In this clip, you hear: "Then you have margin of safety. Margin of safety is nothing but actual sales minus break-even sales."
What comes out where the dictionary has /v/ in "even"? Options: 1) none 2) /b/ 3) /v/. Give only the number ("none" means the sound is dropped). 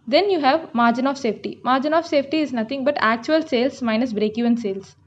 1